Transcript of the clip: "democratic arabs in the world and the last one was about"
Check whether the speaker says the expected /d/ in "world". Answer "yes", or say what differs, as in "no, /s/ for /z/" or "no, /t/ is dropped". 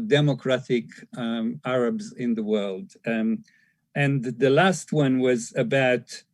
yes